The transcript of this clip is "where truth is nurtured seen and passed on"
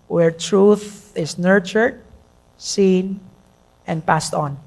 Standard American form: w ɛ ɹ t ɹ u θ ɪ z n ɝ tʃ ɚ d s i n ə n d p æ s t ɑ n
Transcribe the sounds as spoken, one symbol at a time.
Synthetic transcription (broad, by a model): w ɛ ɹ t ɹ u θ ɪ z n ɝ tʃ ɚ d s i n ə n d p æ s t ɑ n